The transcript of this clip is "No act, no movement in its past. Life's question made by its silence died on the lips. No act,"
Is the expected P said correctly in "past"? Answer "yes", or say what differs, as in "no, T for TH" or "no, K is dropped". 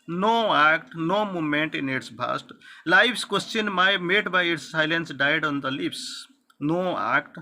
no, B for P